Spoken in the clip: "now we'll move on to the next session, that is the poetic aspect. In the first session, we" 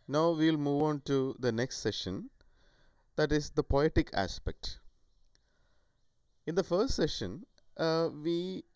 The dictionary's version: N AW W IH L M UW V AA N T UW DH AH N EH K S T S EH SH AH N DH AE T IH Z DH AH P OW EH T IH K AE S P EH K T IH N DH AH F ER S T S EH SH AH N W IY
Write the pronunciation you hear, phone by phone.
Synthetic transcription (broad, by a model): N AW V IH L M UW V AA N T UW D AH N EH K S T S EH SH AH N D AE T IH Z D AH P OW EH T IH K AE S P EH K T IH N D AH F ER S T S EH SH AH N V IY